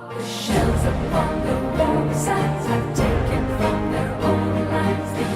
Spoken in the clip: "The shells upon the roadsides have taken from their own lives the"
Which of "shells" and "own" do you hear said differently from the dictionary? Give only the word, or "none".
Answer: none